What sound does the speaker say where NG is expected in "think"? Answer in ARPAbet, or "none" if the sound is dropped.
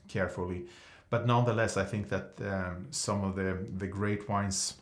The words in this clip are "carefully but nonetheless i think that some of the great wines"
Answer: NG